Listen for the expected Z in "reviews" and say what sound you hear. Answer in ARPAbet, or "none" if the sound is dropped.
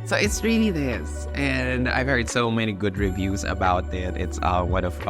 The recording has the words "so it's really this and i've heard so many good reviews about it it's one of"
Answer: Z